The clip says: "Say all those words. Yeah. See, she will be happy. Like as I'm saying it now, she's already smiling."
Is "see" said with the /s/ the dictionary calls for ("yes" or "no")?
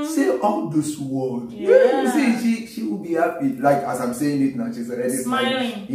no